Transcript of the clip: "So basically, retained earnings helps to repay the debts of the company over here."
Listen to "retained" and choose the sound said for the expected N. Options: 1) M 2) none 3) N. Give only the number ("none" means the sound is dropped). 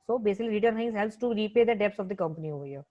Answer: 2